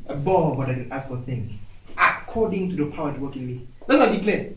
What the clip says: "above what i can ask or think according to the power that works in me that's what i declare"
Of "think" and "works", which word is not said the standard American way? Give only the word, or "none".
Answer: works